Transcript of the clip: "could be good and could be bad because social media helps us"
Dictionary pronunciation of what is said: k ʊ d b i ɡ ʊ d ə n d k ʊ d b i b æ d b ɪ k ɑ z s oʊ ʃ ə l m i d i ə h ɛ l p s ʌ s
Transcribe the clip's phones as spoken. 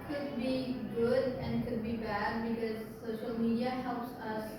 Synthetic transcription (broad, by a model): k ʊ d b i ɡ ʊ d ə n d k ʊ d b i b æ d b ɪ k ɑ z s oʊ ʃ ə l m i d i ə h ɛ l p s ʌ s